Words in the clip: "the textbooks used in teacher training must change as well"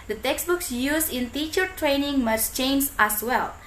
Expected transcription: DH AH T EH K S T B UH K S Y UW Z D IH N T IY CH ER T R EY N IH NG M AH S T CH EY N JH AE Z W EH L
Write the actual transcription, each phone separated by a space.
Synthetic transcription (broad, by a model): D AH T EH K S B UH K S Y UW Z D IH N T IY CH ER T R EY N IH NG M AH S CH EY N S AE S W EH L